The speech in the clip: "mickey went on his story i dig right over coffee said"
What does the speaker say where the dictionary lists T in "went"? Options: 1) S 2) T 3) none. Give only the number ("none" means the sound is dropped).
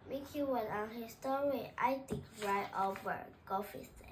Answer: 3